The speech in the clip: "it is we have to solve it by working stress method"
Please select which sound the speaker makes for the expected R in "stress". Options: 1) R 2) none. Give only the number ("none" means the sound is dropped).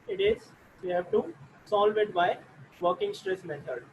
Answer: 1